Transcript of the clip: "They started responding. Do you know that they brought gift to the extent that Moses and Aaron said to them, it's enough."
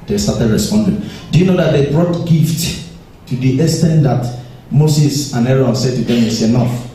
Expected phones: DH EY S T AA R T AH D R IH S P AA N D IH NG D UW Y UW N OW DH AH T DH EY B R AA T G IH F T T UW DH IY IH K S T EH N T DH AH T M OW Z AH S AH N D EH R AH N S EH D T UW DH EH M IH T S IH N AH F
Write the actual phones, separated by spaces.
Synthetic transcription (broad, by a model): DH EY S T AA T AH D R IH S P AA N D IH NG D UW Y UW N OW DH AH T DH EY B R AA T G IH F T T UW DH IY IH S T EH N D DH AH T M OW S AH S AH N EH R AH N S EH D T UW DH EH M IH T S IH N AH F